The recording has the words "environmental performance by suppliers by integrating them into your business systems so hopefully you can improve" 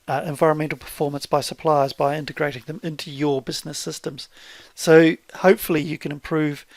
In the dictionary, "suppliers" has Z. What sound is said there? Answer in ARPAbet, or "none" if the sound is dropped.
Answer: Z